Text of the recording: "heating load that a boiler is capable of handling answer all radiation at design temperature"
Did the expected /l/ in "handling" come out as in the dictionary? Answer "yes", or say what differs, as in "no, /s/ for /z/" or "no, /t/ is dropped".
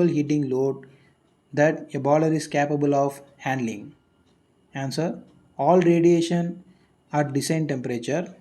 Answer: yes